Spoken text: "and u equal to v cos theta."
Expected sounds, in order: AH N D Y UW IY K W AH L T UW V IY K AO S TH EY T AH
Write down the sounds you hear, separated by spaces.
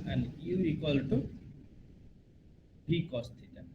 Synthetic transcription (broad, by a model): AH N D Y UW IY K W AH L T UW B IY K AO S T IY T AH